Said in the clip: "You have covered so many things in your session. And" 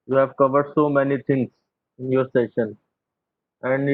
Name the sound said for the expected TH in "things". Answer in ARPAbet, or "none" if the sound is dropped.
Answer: T